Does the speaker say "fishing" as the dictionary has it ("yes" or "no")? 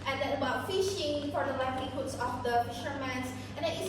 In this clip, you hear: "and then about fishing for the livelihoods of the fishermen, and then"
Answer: yes